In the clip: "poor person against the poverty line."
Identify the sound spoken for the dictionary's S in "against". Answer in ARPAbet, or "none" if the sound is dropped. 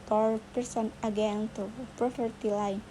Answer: none